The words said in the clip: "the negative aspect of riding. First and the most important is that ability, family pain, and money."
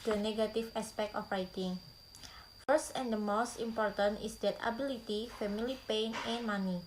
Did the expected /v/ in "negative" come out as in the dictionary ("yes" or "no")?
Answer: no